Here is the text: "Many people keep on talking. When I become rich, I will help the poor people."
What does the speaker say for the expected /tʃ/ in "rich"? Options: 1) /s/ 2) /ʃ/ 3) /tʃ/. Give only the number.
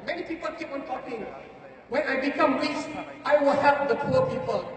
1